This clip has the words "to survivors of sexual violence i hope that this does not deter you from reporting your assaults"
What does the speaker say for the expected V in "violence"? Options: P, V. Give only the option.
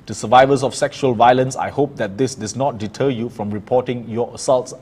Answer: V